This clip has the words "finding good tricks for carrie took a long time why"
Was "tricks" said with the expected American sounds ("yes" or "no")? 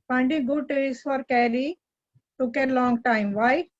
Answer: no